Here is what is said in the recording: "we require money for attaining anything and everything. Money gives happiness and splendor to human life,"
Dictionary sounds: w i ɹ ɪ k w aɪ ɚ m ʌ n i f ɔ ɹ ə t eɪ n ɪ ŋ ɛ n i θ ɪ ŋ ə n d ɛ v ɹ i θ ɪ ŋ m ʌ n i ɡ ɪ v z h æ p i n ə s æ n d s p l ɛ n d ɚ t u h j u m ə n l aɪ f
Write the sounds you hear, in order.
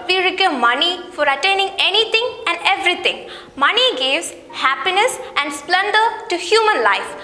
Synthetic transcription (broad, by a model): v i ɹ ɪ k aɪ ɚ m ʌ n i f ɔ ɹ ə t eɪ n ɪ ŋ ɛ n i t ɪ ŋ ə n d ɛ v ɹ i t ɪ ŋ m ʌ n i ɡ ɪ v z h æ p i n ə s æ n d s p l ɛ n d ɚ t u h j u m ə n l aɪ f